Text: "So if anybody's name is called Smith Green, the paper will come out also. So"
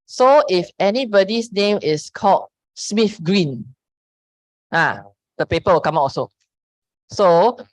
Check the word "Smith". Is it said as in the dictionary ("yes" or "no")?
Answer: no